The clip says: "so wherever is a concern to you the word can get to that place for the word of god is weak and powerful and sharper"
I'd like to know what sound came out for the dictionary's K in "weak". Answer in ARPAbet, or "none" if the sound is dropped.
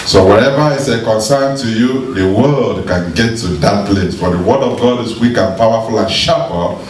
K